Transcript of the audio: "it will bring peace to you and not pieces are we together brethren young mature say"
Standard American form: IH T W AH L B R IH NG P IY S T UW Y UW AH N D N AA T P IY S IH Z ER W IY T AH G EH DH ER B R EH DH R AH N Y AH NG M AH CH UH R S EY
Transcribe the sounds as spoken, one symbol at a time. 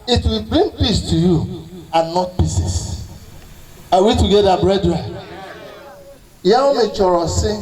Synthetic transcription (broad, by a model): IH T W AH L B R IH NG P IY S T UW Y UW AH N N AA T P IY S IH S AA W IY T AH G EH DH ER B R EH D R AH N Y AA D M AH CH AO R S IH